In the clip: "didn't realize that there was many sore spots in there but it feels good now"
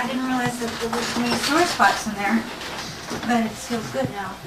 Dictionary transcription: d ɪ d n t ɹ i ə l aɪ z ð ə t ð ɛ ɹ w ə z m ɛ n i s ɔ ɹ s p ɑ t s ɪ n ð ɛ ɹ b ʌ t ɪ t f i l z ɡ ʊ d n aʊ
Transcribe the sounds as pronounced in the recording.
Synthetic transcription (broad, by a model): d ɪ d n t ɹ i l aɪ z ð ə t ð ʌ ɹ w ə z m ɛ i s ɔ ɹ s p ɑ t s ɪ n ð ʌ ɹ b ʌ t ɪ t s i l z ɡ ʊ d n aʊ